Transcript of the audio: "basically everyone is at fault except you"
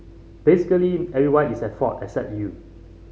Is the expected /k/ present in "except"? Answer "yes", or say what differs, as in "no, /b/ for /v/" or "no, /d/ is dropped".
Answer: yes